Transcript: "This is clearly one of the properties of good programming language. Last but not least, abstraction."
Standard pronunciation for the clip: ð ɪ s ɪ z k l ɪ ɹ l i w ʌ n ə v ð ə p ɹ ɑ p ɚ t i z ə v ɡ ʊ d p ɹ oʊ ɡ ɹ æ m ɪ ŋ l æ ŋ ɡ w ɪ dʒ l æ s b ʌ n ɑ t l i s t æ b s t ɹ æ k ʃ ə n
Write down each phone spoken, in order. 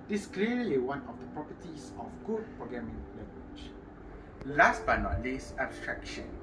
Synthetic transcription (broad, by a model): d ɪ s k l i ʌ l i w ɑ n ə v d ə p ɹ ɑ p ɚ t i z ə f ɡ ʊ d p ɹ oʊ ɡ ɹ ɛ m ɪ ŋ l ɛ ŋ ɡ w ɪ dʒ l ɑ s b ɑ n ɑ t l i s æ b s t ɹ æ k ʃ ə n